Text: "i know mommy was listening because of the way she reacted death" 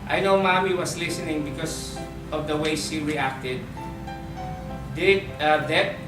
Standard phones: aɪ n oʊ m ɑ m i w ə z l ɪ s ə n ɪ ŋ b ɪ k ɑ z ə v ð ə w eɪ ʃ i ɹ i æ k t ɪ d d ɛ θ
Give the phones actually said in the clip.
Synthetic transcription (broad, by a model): aɪ n oʊ m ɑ m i w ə s l ɪ s ə n ɪ ŋ b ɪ k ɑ s ə v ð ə w eɪ s i ɹ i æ k t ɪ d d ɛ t